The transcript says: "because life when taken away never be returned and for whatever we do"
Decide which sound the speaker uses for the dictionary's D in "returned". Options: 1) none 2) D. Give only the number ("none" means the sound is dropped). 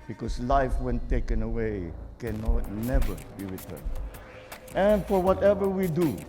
1